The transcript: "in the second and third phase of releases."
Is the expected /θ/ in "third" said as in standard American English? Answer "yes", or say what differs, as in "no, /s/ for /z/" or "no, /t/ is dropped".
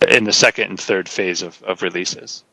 yes